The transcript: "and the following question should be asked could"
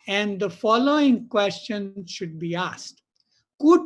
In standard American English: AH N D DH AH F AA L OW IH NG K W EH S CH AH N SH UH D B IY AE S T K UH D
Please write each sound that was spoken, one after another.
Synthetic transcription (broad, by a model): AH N D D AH F AA L OW IH NG K W EH S CH AH N SH UH D B IY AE S T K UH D